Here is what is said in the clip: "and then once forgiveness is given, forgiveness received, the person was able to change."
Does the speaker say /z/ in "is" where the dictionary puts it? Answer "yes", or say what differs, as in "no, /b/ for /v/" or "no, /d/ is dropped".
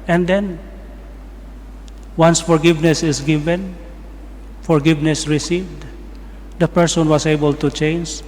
no, /s/ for /z/